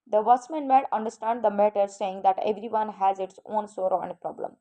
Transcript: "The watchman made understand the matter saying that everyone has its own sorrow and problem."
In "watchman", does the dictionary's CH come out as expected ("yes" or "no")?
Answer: no